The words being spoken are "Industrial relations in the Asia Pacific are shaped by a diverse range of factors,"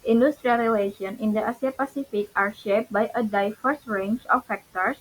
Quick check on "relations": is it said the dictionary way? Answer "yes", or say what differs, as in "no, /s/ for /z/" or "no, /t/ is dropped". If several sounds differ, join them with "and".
no, /z/ is dropped